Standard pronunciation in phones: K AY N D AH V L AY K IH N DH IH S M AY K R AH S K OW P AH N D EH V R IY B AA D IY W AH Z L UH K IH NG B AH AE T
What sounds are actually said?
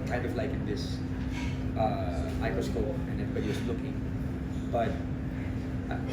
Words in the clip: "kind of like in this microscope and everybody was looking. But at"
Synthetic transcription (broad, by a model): K AY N D AH V L AY K IH N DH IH S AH AY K AH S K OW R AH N EH V R IY B AA D IY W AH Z L UH K IH NG B AH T